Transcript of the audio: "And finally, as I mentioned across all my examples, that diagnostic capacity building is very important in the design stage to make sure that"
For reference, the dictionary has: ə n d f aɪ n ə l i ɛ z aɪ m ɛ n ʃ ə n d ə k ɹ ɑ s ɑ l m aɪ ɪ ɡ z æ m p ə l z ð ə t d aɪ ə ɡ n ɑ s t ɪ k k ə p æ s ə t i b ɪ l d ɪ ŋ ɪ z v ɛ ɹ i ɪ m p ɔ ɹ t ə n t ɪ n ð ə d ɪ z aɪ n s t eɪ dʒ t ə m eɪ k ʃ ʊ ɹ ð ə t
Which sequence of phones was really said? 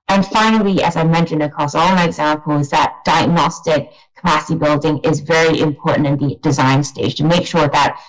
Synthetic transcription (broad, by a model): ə n f aɪ n ə l i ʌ z aɪ m ɛ n ʃ ə n d ə k ɹ ɑ s ɑ l m aɪ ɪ ɡ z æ m p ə l z ð ə t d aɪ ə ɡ n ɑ s t ɪ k k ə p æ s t i b ɪ l d ɪ ŋ ɪ z v ɛ ɹ i ɪ m p ɔ ɹ t n t ɪ n ð ə d ɪ z aɪ n s t eɪ dʒ t ə m eɪ k ʃ ʊ ɹ ð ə t